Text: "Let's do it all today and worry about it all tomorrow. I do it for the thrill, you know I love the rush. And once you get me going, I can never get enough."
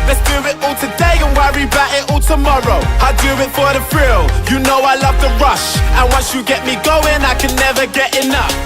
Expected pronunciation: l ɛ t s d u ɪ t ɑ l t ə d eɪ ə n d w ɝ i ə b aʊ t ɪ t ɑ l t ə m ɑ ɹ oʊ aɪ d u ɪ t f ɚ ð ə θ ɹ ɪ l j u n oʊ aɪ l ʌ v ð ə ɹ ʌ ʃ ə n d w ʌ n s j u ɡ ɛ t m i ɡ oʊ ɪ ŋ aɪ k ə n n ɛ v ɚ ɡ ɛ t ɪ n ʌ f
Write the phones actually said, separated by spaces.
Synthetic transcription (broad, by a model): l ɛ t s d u ɪ t ɑ l t ə d eɪ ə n w ɝ i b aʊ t ɪ t ɑ l t ə m ɑ ɹ oʊ aɪ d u ɪ t f ɚ ð ə f ɹ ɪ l j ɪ n oʊ aɪ l ʌ v ð ə ɹ ʌ ʃ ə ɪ w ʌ n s j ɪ ɡ ɛ t m i ɡ oʊ ɪ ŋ aɪ k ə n n ɛ v ɚ ɡ ɛ t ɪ n ʌ f